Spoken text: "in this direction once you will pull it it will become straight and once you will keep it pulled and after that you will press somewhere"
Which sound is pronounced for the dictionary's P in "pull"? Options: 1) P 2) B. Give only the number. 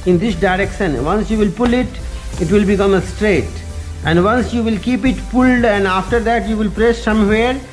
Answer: 1